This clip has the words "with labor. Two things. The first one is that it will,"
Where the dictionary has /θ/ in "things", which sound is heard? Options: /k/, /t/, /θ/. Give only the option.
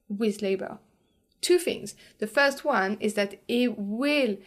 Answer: /θ/